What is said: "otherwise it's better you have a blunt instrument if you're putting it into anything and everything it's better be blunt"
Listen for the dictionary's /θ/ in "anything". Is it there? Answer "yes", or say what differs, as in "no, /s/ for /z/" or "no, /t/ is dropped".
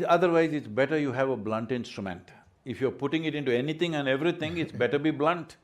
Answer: no, /t/ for /θ/